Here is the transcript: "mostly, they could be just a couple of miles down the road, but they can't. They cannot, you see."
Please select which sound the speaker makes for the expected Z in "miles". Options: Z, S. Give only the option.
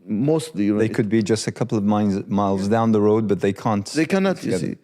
Z